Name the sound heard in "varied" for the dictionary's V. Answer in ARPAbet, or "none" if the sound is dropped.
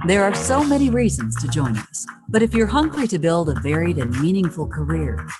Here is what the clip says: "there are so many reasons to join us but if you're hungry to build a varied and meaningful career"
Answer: V